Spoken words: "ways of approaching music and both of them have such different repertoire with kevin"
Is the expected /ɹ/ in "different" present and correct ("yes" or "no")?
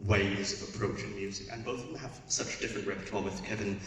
yes